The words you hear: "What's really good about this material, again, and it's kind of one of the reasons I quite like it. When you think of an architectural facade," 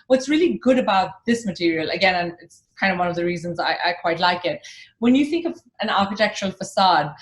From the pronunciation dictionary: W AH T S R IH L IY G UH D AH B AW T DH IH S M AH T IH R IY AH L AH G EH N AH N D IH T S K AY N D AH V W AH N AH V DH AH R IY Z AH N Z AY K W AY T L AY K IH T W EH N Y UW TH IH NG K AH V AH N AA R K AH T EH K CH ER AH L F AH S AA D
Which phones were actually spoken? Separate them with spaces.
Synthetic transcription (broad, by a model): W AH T S R IH L IY G UH D AH B AW T DH IH S M AH T IH R IY AH L AH G EH N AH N IH T S K AY N D AH V W AH N AH V DH AH R IY Z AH N Z AY K W AY T L AY K IH T W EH N Y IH TH IH NG K AH V AH N AA R K AH T EH K CH ER AH L F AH S AA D